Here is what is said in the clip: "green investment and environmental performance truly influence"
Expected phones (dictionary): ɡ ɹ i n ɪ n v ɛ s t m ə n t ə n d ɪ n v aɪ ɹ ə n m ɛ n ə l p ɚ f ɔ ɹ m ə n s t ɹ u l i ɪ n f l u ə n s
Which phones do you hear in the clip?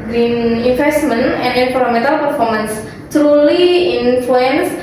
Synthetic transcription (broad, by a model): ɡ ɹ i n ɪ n f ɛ s t m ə n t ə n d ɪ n f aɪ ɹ m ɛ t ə l p ɚ f ɔ ɹ m ə n s t ɹ u l i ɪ n f l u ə n s